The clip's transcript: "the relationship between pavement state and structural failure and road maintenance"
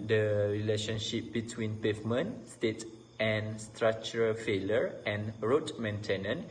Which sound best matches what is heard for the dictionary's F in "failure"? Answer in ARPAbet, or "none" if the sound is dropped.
F